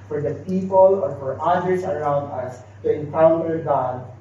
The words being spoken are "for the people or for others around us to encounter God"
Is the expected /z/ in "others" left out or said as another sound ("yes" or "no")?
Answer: yes